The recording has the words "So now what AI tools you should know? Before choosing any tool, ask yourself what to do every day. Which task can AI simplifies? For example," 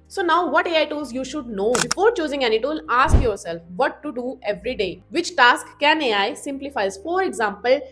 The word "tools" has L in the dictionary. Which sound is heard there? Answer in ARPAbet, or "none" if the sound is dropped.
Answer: none